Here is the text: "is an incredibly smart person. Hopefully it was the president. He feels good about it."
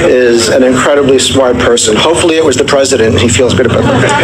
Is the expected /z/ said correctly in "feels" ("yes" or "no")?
yes